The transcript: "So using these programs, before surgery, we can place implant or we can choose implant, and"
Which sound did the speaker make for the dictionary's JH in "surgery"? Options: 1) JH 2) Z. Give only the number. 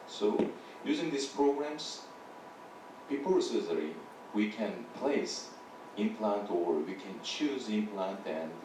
2